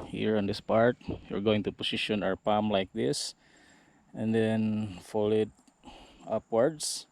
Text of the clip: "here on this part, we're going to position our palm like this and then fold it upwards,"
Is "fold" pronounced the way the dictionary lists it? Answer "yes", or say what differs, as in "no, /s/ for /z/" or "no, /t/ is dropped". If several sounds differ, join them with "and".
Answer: no, /d/ is dropped